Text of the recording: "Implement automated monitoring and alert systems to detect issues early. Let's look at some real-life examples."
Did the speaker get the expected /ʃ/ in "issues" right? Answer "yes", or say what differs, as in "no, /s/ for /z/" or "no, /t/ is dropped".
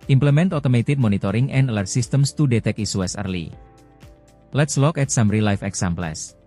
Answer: no, /s/ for /ʃ/